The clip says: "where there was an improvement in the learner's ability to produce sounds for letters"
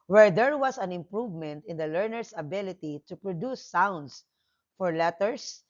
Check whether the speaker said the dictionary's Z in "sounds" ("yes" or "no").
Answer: no